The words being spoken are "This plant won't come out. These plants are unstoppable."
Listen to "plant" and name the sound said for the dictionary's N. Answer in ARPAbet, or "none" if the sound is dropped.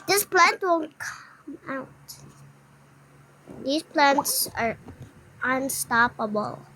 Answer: N